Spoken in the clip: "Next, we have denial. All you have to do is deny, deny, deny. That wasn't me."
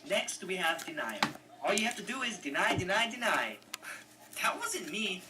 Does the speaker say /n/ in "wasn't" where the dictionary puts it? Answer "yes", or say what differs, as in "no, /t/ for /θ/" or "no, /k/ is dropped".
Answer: no, /n/ is dropped